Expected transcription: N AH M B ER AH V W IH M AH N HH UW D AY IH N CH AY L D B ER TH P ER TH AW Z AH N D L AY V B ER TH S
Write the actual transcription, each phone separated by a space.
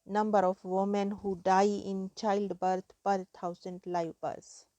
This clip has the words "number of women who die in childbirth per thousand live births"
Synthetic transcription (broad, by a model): N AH M B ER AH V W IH M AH N HH UW D AY IH N CH AY L D B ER T P ER T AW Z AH N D L AY V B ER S